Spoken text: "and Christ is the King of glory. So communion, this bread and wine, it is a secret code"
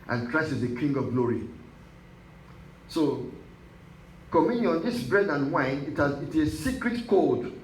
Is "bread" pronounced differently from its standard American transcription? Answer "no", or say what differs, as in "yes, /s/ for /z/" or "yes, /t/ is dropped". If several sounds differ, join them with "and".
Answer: no